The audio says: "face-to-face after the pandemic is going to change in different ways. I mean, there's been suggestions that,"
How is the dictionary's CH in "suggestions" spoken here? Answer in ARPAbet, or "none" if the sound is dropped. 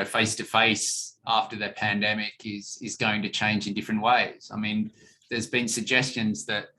CH